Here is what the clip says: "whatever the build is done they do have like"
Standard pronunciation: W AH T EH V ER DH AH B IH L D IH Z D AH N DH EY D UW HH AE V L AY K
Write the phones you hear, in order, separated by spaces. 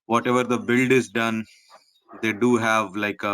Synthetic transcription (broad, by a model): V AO T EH V ER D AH B IH L D IH Z D AH N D EY D UW HH AE V L AY K